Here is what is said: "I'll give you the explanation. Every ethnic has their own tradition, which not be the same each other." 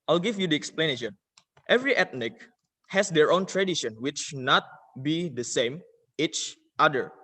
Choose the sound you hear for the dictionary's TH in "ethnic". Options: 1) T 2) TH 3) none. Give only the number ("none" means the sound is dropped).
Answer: 1